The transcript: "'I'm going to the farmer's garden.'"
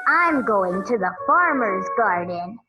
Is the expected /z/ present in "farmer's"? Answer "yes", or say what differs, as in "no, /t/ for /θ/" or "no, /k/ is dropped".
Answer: yes